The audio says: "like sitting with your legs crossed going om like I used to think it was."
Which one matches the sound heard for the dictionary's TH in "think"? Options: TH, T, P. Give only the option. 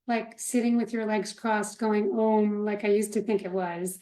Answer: TH